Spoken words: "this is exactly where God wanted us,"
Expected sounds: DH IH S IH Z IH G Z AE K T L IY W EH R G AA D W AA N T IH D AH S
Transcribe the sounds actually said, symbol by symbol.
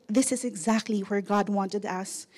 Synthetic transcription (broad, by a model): DH IH S IH Z IH G Z AE K T L IY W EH R G AA D W AA N T IH D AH S